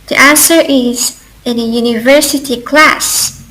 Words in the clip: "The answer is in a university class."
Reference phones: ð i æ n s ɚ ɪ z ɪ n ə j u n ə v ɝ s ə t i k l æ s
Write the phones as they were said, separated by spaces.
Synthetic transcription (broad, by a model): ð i æ n s ɚ ɪ z ɪ n ə j u n ə v ɝ s ə t i k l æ s